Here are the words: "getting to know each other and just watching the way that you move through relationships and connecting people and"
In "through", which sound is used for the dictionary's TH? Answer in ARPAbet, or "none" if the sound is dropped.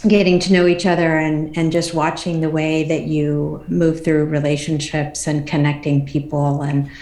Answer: TH